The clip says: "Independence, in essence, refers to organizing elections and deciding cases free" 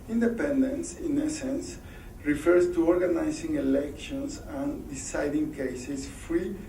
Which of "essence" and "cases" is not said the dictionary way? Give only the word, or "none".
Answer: cases